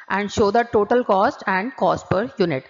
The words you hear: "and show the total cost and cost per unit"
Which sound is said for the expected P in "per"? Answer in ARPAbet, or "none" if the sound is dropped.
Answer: P